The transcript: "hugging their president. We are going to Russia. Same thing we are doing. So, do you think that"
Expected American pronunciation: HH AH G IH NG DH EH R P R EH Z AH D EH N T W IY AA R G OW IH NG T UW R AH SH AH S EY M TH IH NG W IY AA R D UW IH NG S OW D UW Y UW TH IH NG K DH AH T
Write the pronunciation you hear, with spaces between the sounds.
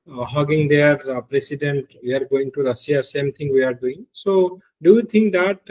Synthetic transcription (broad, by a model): HH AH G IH NG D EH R P R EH S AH D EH N T W IY AA R G OW IH NG T UW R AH S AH S EY M T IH NG W IY AA R D UW IH NG S OW D UW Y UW T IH NG K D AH T